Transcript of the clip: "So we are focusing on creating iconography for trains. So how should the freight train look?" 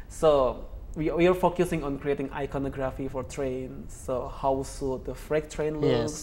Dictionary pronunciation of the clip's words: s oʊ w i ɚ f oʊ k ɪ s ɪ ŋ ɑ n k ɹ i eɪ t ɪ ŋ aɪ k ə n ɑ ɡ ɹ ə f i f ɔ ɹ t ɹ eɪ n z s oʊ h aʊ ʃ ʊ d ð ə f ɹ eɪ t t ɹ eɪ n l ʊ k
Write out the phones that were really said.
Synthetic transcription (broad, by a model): s oʊ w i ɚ f oʊ k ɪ s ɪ ŋ ɑ n k ɹ i eɪ t ɪ ŋ aɪ k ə n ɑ ɡ ɹ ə f i f ɔ ɹ t ɹ eɪ n s oʊ h aʊ s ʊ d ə f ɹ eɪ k t ɹ eɪ n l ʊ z